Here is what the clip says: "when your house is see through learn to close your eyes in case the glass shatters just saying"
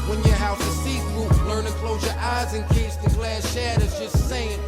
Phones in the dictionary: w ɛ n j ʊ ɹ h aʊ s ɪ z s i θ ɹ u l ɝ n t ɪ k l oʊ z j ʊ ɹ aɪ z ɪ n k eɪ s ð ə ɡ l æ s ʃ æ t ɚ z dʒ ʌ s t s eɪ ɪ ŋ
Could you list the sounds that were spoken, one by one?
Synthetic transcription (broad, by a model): w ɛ n j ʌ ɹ h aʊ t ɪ s i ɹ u l ɝ n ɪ k l oʊ z j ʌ ɹ aɪ z ɪ n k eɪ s ð ə ɡ l æ s ʃ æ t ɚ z dʒ ʌ s t s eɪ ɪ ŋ